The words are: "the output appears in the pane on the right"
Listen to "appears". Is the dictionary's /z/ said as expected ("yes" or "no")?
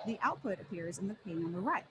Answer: yes